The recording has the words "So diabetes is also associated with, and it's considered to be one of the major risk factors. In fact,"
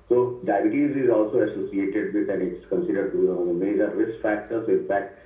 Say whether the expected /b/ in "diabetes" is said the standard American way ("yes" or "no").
no